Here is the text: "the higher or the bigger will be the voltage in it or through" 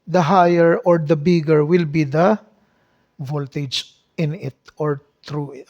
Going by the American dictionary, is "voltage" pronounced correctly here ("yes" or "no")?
yes